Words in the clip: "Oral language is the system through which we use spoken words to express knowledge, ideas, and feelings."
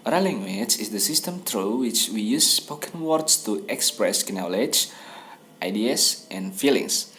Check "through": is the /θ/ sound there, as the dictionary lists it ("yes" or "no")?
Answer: no